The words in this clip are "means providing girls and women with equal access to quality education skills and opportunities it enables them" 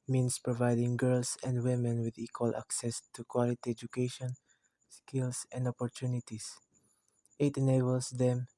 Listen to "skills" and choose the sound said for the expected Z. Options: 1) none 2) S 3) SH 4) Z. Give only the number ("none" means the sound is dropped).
2